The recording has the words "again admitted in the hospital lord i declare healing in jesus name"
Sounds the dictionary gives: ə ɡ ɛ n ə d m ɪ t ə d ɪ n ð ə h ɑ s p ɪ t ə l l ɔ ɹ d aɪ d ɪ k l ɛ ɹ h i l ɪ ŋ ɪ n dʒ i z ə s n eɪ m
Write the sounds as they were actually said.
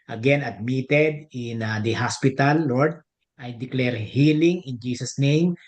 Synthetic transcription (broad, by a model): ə ɡ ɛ n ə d m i t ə d ɪ n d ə h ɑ s p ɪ t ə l l ɔ ɹ d aɪ d ɪ k l ɛ ɹ h i l ɪ ŋ ɪ n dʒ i s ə s n eɪ m